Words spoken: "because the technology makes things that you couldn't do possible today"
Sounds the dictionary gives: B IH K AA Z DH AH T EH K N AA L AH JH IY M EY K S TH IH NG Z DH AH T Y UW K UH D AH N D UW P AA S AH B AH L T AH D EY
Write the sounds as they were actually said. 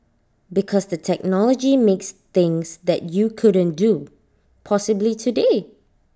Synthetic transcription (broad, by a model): B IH K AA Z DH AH T EH K N AA L AH JH IY M EY K S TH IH NG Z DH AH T Y UW K UH D AH N D UW P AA S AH B L T AH D EY